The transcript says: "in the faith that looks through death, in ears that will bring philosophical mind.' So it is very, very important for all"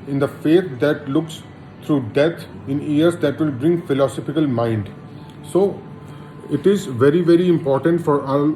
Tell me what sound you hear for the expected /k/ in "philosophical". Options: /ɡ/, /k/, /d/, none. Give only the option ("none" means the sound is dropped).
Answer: /k/